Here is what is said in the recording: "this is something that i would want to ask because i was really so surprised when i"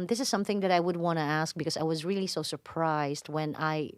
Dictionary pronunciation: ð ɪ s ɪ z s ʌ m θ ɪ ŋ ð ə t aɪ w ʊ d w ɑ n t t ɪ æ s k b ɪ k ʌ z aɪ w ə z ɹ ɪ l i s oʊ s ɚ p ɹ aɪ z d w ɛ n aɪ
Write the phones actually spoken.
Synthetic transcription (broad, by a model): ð ɪ s ɪ z s ʌ m θ ɪ ŋ ð ə t aɪ w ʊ d w ɑ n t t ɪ æ s k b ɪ k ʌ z aɪ w ə z ɹ ɪ l i s oʊ s ɚ p ɹ aɪ z d w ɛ n aɪ